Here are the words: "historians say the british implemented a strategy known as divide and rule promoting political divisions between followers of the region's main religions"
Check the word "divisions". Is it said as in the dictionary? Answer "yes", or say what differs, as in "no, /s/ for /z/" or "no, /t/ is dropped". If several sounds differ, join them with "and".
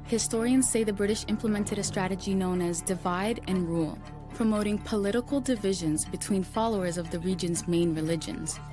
yes